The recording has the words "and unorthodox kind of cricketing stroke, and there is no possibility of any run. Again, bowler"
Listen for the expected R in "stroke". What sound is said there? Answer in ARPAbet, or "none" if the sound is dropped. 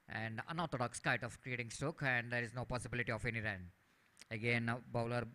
none